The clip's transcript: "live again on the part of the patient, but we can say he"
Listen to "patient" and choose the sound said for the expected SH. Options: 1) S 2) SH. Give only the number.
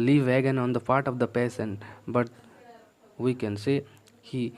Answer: 1